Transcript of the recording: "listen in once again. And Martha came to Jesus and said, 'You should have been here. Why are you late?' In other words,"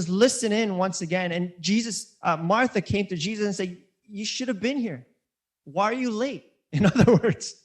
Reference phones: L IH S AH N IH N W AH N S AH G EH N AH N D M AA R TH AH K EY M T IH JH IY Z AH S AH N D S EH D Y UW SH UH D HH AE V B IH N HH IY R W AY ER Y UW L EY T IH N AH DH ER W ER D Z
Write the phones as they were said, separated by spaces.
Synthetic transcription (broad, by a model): L IH S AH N IH N W AH N S AH G EH N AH N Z M AA R TH AH K EY M T IH JH IY Z AH S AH N S EH D Y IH SH UH D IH V B IH N HH IY R W AY ER Y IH L EY T IH N AH DH ER W ER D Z